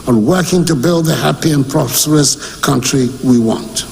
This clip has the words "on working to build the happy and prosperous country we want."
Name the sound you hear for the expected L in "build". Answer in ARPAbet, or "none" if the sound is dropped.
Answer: L